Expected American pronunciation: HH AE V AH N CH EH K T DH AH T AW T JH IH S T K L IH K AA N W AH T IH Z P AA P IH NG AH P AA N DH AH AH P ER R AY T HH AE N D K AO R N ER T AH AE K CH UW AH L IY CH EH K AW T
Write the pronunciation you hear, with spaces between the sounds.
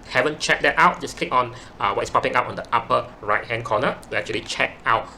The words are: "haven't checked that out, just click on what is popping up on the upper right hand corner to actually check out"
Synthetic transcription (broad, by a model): HH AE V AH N CH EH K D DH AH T AW T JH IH S K L IH K AA N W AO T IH S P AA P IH NG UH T AA N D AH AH P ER R AY T HH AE N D K AO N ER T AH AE K CH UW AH L IY CH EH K AW T